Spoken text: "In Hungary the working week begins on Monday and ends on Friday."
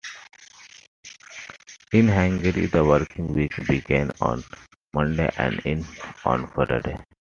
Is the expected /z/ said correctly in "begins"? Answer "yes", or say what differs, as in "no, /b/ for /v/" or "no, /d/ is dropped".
no, /z/ is dropped